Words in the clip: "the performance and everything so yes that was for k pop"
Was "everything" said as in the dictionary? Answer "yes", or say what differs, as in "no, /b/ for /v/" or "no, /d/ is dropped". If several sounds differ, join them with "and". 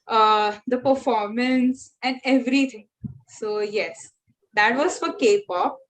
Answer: no, /t/ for /θ/